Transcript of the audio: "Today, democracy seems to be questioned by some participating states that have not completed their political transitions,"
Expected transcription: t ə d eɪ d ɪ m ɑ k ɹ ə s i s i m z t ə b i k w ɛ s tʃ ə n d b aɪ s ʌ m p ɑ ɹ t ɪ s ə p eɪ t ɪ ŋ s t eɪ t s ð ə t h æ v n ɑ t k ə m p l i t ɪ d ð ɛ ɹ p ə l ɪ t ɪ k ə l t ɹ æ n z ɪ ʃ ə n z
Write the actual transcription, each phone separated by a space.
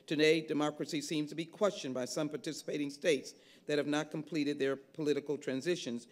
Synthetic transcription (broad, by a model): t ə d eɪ d ɪ m ɑ k ɹ ə s i s i m z t ə b i k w ɛ s tʃ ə n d b aɪ s ʌ m p ɑ ɹ t ɪ s ə p eɪ t ɪ ŋ s t eɪ t s ð ə t h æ v n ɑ t k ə m p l i t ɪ d ð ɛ ɹ p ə l ɪ t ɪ k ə l t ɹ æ n z ɪ ʃ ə n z